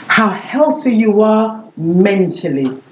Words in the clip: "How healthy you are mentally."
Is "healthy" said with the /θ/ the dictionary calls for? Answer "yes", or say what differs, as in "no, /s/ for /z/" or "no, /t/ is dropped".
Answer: yes